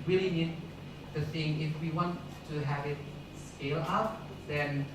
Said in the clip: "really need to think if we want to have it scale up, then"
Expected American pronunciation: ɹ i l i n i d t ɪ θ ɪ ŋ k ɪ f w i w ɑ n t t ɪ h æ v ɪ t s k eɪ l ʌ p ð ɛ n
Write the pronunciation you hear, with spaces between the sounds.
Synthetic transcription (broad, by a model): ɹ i l i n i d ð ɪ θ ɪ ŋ ɪ f w i w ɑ n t t ɪ h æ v ɪ t s k eɪ l ʌ p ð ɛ n